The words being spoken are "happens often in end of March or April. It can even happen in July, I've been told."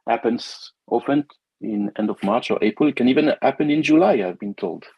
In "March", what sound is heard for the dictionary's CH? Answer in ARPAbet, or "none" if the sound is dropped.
CH